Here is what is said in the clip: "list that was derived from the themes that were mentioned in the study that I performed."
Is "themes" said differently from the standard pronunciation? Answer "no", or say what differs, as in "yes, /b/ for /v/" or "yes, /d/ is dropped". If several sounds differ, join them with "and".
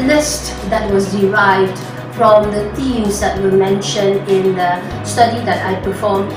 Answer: yes, /t/ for /θ/